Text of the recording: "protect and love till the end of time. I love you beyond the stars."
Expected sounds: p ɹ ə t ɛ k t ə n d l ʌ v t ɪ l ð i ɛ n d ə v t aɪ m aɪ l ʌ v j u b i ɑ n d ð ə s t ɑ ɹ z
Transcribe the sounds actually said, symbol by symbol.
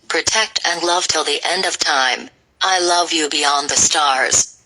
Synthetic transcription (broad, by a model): p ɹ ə t ɛ k t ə n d l ʌ v t ɪ l ð i ɛ n d ə v t aɪ m aɪ l ʌ v j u b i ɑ n ð ə s t ɑ ɹ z